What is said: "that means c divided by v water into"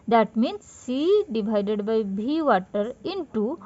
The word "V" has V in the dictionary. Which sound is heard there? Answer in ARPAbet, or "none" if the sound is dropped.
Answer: B